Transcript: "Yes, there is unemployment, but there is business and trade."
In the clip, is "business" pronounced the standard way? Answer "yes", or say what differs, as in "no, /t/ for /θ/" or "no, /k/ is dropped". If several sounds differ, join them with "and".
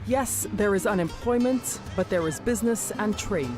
yes